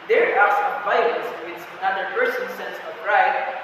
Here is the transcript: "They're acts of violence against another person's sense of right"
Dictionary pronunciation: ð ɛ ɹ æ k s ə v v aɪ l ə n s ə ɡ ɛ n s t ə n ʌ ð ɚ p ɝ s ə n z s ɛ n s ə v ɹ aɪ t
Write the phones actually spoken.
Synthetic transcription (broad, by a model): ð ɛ ɹ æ s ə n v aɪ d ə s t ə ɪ s ə n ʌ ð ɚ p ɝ s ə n s ɛ n s ə v ɹ aɪ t